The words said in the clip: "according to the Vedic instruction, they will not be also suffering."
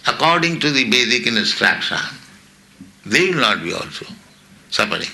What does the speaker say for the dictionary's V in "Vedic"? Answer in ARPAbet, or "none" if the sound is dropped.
B